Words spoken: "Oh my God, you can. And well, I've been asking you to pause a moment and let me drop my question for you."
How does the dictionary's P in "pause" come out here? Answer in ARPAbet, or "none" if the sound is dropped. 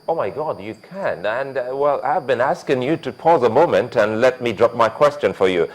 P